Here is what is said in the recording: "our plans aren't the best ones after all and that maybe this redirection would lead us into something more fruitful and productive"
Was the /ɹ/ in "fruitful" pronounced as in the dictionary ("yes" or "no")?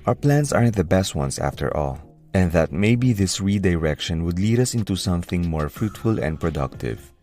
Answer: yes